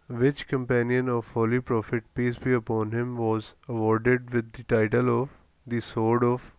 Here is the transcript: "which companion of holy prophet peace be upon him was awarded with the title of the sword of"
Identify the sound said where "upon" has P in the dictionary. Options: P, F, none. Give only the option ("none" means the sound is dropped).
P